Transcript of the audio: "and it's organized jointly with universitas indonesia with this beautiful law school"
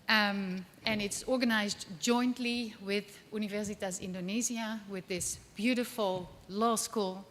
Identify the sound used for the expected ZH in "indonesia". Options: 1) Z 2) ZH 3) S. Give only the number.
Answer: 1